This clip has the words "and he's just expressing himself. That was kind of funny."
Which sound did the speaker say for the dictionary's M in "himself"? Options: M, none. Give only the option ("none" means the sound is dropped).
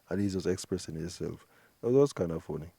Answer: none